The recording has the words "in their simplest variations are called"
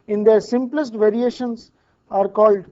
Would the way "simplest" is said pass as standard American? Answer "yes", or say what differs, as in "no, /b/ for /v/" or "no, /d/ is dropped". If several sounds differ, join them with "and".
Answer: yes